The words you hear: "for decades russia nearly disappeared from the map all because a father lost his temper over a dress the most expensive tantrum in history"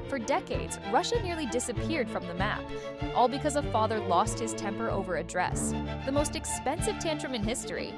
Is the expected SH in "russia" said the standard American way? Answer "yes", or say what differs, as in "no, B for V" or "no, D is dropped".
yes